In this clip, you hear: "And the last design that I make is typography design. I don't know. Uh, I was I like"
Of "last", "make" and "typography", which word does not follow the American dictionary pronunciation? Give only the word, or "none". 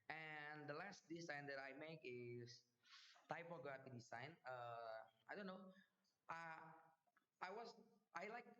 typography